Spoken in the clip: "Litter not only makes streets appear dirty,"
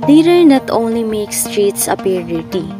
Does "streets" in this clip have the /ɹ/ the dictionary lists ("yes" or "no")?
yes